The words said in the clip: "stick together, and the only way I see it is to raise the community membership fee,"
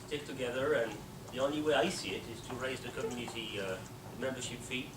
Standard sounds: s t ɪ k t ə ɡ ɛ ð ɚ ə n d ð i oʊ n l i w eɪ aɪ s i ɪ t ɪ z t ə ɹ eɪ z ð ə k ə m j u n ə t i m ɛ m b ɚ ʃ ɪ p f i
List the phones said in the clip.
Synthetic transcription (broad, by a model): s t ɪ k t ə ɡ ɛ ð ɚ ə n ð i oʊ n l i w eɪ aɪ s i ɪ t ɪ z t ə ɹ eɪ z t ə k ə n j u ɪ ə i m ɛ m b ɚ ʃ ɪ p f i